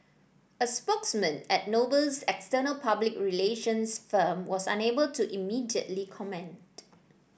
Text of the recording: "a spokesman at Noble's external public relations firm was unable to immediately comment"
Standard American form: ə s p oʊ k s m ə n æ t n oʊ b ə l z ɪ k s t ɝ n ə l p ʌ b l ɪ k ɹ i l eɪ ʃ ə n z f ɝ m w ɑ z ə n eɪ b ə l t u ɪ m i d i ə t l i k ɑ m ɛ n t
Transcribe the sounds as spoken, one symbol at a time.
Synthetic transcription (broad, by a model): ə s p oʊ k s m ə n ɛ t n oʊ b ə l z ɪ k s t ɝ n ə l p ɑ b l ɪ k ɹ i l eɪ ʃ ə n s f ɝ m w ɑ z ə n eɪ b ə l t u ɪ m i d i ə t l i k ɑ m ɛ n t